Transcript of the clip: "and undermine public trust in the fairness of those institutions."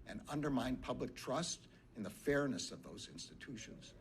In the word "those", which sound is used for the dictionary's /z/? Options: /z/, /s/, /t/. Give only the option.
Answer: /z/